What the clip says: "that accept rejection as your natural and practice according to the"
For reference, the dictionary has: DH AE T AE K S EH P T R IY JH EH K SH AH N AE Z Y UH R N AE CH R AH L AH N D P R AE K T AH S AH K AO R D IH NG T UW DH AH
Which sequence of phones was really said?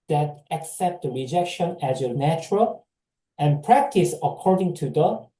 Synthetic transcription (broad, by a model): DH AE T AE K S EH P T R IY JH EH K SH AH N AE Z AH N AE CH R AH L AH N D P R AE K T AH S AH K AO R D IH NG T UW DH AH